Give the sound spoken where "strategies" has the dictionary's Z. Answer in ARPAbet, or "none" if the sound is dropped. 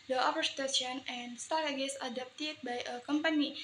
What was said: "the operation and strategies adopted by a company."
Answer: S